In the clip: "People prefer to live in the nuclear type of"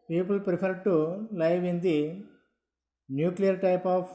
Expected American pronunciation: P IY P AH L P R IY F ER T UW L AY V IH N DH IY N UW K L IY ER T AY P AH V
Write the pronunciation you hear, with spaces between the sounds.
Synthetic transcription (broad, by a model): P IY P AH L P R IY P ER T UW L AY V IH N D IY N UW K L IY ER T AY P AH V